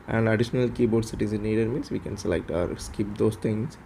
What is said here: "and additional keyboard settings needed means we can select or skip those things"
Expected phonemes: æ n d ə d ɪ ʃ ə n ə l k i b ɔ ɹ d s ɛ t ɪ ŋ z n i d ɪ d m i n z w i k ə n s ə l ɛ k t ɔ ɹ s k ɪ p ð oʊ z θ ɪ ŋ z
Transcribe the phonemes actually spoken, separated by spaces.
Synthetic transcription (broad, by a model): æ n d ə d ɪ ʃ ə n ə l k i b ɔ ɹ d s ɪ t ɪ z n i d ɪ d m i n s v i k ə n s ə l ɛ k t ɔ ɹ s k ɪ p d oʊ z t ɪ ŋ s